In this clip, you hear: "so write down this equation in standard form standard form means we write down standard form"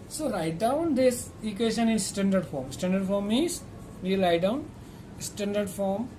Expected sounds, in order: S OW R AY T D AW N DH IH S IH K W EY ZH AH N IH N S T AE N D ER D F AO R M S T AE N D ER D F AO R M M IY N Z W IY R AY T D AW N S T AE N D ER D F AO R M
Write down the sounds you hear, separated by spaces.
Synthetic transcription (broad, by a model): S OW R AY T D AW N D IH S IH K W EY SH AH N IH N S T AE N D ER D F AO R M S T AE N D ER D F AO R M M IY Z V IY R AY T D AW N S T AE N D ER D F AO R M